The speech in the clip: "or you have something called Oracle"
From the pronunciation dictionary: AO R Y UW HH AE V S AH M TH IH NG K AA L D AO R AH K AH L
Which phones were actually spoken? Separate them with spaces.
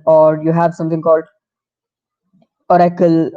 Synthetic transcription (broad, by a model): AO R Y UW HH AE V S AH M T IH NG K AA L D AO R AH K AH L